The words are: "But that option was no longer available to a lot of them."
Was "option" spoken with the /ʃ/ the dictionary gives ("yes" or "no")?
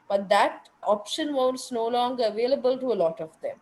yes